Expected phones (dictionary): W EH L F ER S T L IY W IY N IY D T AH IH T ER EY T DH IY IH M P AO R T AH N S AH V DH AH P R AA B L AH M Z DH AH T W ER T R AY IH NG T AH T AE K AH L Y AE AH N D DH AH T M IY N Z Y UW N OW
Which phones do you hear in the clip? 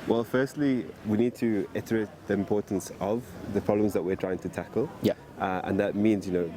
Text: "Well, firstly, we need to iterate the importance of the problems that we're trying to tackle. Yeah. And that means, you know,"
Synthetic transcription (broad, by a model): W EH L F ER S T L IY W IY N IY D T AH IH T ER EY T DH IY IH M P AO R T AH N S AH V DH AH P R AA B L AH M Z DH AH T W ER T R AY IH NG T AH T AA K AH L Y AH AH N DH AH T M IY N Z Y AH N OW